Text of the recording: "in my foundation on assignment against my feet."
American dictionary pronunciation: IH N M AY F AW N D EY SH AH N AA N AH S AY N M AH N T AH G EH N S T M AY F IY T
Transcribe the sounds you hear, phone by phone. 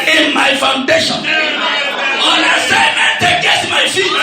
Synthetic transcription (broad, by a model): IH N M AY F AW N D EY SH AH N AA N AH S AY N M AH T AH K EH S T M AY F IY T